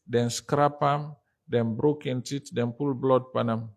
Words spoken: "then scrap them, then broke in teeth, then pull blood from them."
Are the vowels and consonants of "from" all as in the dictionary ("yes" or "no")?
no